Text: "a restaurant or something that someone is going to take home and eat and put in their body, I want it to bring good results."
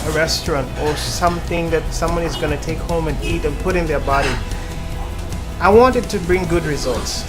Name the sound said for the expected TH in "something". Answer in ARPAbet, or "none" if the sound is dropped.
TH